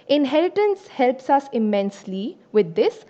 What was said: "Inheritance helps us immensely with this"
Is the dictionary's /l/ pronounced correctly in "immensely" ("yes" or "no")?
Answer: yes